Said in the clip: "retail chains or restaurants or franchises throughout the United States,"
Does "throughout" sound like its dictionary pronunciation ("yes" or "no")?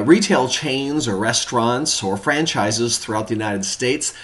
yes